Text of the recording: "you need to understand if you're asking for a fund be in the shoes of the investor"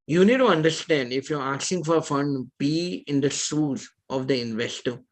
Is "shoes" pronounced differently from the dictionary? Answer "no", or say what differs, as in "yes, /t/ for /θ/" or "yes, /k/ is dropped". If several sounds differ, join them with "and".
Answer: yes, /s/ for /ʃ/